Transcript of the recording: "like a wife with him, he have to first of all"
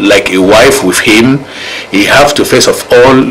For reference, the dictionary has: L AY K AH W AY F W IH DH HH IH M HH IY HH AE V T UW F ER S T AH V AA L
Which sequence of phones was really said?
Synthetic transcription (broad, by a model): L AY K AH W AY F W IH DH HH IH M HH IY HH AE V T UW F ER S AH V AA L